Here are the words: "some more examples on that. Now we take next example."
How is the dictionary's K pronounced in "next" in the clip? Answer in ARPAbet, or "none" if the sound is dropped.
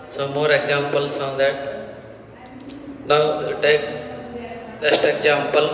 none